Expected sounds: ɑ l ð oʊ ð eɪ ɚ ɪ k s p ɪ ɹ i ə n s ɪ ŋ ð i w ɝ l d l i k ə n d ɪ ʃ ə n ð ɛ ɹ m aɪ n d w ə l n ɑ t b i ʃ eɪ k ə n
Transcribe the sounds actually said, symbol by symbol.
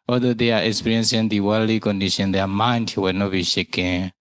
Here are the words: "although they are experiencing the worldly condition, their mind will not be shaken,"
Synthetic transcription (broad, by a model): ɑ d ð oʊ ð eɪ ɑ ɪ k s p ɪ ɹ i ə n s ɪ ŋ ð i w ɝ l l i k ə n d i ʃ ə n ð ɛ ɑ m aɪ n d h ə w n ɑ t b i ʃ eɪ k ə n